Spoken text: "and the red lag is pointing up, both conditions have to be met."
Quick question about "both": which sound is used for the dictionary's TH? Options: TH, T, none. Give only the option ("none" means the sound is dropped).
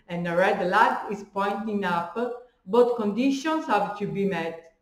T